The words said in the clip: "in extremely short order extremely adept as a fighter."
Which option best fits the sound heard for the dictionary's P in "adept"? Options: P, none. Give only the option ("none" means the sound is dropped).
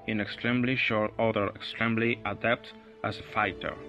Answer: P